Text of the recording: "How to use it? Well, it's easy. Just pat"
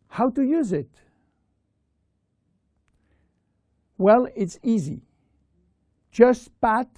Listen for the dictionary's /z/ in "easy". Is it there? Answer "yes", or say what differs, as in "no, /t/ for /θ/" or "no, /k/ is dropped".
yes